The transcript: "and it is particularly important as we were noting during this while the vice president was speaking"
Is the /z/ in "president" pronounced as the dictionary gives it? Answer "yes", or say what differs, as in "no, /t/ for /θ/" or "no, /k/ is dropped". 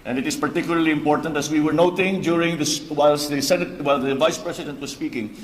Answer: no, /s/ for /z/